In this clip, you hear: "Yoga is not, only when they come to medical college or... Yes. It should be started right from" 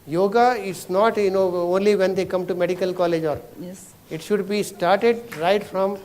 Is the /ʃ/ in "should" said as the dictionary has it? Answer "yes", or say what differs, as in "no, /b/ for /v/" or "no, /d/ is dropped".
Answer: yes